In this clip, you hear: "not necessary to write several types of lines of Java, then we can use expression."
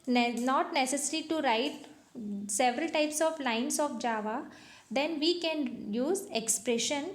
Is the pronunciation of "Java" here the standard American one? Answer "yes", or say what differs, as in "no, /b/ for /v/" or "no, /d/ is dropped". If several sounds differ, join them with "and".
yes